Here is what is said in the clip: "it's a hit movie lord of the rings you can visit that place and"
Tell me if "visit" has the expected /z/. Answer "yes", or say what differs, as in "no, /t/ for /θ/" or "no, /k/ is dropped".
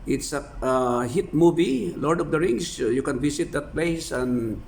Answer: no, /s/ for /z/